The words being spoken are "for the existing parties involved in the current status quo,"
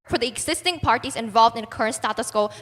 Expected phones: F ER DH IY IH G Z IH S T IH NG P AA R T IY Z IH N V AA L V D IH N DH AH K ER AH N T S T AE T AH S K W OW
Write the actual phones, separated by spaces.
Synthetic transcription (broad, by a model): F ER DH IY IH G Z IH S T IH NG P AA R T IY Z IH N V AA L V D IH N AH K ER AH N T S T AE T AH S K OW